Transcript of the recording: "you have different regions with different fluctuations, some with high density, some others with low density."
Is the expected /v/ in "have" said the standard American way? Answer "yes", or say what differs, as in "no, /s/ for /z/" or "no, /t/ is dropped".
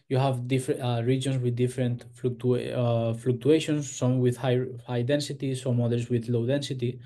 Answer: yes